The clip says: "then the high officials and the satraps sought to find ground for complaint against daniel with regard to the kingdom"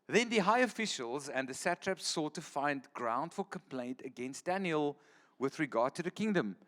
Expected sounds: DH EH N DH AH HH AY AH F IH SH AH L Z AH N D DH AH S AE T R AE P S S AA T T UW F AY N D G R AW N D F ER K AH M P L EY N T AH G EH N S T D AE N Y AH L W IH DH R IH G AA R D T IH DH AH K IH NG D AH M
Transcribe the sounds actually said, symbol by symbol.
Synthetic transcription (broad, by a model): DH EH N DH AH HH AY AH F IH SH AH L Z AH N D DH AH S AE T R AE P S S AA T T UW F AY N D G R AW N D F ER K AH M P L EY N T AH G EH N S T D AE N Y AH L W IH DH R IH G AA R D T IH DH AH K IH NG D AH M